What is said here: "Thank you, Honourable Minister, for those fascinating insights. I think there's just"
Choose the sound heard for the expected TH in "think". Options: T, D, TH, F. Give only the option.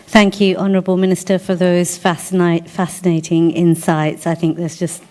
TH